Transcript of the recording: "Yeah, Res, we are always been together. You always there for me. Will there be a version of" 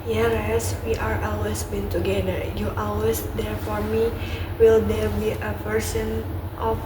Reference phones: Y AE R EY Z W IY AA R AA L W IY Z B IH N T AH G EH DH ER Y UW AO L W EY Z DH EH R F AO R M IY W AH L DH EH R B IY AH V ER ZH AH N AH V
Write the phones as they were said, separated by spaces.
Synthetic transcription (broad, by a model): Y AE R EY S W IY AA R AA L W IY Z B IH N T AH G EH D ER Y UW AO L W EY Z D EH R F AO R M IY W AH L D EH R B IY AH P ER S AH N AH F